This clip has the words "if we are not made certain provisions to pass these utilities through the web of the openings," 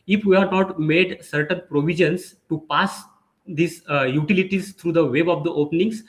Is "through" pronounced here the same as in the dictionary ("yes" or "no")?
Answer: no